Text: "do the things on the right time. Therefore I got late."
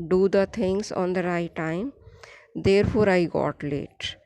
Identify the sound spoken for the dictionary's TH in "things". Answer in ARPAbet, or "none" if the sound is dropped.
T